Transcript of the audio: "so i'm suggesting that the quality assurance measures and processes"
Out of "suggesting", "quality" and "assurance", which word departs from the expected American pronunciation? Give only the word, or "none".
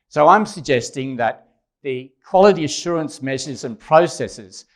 none